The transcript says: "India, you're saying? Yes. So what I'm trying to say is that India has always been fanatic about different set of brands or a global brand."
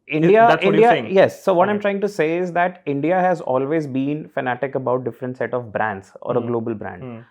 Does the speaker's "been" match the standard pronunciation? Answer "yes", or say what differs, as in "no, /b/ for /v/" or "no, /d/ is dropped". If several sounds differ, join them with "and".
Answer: yes